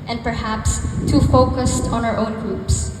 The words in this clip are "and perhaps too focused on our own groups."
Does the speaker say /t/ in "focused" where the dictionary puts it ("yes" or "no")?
yes